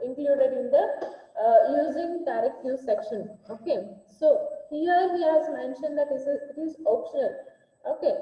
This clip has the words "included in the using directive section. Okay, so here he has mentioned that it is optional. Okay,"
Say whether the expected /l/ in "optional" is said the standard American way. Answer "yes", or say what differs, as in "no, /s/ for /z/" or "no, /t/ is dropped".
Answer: yes